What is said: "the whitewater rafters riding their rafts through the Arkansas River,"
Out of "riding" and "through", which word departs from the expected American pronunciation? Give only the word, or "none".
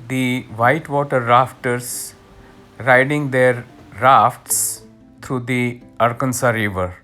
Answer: through